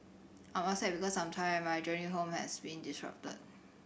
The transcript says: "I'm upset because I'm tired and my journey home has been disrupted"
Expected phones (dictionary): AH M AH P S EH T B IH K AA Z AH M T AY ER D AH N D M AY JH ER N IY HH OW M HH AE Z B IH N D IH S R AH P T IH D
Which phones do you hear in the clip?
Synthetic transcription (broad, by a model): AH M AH S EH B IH K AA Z AH M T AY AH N M AY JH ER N IY HH OW M HH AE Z B IH N D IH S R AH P T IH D